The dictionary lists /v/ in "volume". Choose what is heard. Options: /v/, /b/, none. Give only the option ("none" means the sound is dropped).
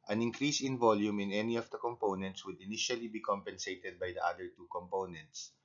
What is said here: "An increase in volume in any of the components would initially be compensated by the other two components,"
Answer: /v/